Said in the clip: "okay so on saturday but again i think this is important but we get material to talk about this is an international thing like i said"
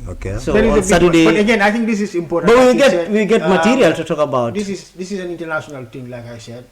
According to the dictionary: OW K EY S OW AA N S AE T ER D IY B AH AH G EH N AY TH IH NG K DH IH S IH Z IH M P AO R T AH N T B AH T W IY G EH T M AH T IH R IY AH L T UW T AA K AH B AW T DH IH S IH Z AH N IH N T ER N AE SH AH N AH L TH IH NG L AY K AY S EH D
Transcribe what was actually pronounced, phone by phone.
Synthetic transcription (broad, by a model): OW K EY S OW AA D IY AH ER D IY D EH AH G EH N AY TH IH NG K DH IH S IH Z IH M P AO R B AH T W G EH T W IY G EH T M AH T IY R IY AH L T UW T AA K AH B AW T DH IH S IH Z AH N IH N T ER N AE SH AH N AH L T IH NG L AY K AY S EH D